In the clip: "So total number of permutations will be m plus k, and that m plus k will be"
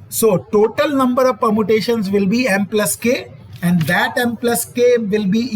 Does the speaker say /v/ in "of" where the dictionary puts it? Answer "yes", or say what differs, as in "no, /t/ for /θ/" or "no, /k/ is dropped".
yes